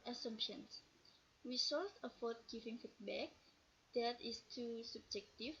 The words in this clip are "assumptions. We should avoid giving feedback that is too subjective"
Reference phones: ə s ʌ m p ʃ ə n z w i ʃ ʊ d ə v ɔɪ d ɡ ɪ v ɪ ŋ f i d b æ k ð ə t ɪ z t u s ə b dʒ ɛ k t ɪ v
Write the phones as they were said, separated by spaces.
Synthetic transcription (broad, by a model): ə s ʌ m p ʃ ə n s w i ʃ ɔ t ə f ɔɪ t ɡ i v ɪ ŋ f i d b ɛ k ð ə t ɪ s t u s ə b dʒ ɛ k t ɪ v